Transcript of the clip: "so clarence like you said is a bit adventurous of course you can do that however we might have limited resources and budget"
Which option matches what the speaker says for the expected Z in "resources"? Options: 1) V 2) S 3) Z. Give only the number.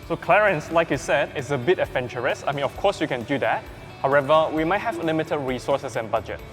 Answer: 2